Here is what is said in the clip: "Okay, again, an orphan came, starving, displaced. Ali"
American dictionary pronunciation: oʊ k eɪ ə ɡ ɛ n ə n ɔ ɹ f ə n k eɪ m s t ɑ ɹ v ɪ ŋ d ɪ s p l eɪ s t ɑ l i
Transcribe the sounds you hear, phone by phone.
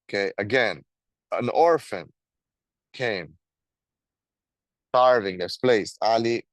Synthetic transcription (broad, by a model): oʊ k eɪ ə ɡ ɛ n ə n ɔ ɹ f ə n k eɪ m s t ɑ ɹ v ɪ ŋ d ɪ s p l eɪ s ɑ l i